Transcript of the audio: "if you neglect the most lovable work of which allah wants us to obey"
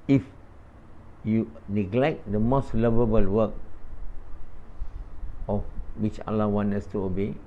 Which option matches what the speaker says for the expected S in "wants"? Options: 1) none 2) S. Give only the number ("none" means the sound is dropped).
1